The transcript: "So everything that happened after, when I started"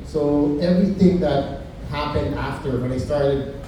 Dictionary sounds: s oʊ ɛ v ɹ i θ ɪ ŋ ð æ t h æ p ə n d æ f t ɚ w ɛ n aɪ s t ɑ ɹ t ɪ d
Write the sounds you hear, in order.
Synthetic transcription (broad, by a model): s oʊ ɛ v ɹ i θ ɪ ŋ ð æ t h æ p ə n d æ f t ɚ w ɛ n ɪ s t ɑ ɹ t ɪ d